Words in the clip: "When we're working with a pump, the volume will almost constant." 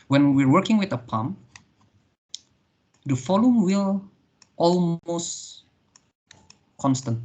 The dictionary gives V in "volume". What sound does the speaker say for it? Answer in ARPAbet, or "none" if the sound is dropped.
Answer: F